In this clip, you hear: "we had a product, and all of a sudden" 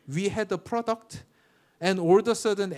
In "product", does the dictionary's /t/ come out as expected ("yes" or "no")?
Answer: yes